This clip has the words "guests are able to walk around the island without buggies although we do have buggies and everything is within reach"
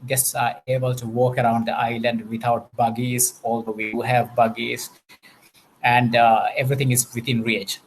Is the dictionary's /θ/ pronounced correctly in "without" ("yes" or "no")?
no